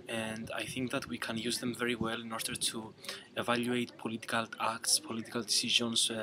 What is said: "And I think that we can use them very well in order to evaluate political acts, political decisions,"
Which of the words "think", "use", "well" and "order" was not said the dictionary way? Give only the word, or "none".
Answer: none